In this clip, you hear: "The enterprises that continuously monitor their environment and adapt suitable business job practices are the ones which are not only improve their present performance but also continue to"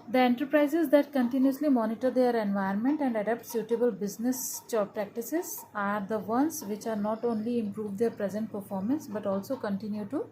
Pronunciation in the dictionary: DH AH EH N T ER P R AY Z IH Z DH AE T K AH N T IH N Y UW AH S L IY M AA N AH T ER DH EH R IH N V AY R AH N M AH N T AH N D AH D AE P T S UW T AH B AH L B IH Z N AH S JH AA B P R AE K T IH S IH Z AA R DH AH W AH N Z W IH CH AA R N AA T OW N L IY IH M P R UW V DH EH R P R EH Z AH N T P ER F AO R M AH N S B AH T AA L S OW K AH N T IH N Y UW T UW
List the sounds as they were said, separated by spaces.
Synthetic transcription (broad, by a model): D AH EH N T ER P R AY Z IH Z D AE T K AH N T IH N Y UW AH S L IY M AA N AH T ER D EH R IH N V AY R N M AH N T AH N D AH D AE P T S UW T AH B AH L B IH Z N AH S CH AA P R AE K T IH S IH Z AA R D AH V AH N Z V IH CH AA R N AA T OW N L IY IH M P R UW V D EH R P R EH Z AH N T P ER F AO R M AH N S B AH T AA L S OW K AH N T IH N Y UW T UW